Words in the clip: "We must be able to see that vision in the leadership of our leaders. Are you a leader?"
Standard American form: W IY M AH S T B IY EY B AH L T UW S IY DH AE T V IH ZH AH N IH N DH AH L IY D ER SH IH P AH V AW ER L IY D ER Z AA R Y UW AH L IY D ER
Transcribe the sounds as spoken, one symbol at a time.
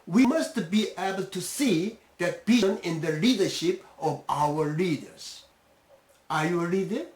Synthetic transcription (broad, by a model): W IY M AH S T B IY EY B AH L T UW S IY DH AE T B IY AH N IH N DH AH L IY D ER SH IH P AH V AW ER L IY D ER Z AA R Y UW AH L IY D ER